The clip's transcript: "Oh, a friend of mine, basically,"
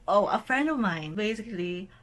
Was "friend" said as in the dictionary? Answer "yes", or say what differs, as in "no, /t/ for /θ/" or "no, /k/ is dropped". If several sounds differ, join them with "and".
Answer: yes